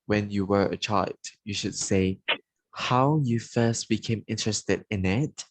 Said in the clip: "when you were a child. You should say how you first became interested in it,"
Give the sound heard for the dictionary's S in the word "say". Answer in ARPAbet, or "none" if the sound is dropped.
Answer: S